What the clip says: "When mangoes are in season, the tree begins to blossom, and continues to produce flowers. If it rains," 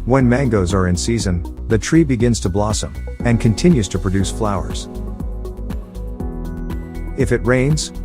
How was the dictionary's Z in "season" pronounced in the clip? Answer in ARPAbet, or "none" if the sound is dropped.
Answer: Z